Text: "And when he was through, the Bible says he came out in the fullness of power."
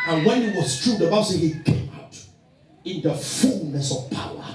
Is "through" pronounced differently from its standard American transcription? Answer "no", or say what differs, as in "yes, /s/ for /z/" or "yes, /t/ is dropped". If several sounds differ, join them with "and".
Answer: yes, /t/ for /θ/